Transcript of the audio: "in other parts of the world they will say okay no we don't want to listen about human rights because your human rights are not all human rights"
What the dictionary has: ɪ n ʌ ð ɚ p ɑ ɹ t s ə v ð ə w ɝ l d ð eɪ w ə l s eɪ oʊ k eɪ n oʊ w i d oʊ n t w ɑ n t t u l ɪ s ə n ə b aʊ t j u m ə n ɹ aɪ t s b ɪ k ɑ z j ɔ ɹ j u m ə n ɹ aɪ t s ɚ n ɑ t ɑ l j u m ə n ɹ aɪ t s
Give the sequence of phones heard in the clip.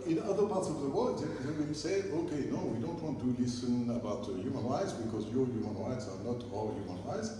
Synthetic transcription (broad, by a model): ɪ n ʌ ð ɚ p ɑ ɹ t s ə v ð ə w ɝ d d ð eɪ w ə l s eɪ oʊ k eɪ n oʊ w i d oʊ n t w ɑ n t t u l ɪ s ə n ə b aʊ t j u m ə n ɹ aɪ t s b ɪ k ɑ z j ɔ ɹ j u m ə n ɹ aɪ t s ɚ n ɑ t ɑ l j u m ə n ɹ aɪ t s